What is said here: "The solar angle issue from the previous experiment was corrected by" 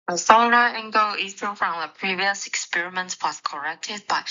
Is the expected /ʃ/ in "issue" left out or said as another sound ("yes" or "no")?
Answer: yes